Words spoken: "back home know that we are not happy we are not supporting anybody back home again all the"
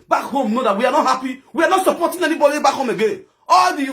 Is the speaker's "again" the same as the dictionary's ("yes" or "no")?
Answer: no